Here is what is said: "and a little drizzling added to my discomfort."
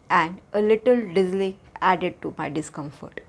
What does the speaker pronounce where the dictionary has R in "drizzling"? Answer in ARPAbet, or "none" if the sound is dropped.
none